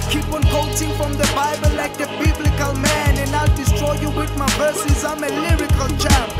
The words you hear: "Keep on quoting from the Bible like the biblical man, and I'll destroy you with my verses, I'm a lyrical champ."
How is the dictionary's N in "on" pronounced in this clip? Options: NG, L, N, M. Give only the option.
N